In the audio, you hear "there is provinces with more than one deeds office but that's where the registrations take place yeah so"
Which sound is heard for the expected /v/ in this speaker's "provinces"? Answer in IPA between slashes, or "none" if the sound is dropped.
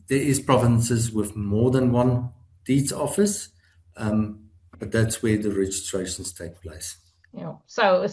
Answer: /v/